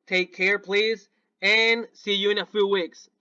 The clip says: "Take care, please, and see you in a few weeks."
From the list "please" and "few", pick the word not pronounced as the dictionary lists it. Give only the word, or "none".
none